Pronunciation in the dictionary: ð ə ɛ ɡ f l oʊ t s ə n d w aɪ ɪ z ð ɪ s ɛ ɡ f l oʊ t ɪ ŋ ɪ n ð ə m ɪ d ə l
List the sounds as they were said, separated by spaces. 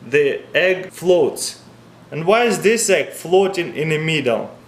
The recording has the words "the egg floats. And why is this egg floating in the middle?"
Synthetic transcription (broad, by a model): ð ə ɛ ɡ f l oʊ t s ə n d w aɪ ɪ z ð ɪ s ɛ ɡ f l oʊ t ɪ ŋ ɪ n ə m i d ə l